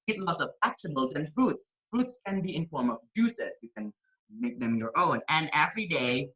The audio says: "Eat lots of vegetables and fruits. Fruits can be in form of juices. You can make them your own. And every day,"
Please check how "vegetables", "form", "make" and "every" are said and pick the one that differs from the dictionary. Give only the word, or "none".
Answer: vegetables